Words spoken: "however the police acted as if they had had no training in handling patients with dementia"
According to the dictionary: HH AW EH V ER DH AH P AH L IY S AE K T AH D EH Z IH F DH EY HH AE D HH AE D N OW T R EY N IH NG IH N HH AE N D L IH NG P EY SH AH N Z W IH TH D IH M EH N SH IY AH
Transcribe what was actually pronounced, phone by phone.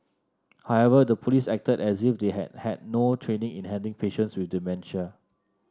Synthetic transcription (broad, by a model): HH AW EH V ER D AH P AH L IY S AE K T AH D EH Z IH F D EY HH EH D HH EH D N OW T R EY N IH NG IH N HH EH N D IH NG P EY SH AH N S W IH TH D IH M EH N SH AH